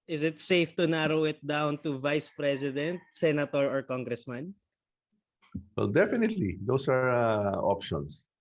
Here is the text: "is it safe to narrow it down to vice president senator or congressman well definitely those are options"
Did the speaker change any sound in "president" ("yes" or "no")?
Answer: yes